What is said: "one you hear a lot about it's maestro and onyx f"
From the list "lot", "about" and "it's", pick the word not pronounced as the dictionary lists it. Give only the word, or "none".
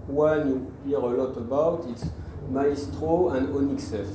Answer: none